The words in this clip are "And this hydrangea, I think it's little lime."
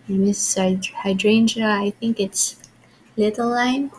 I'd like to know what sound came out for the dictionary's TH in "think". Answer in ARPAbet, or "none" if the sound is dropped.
TH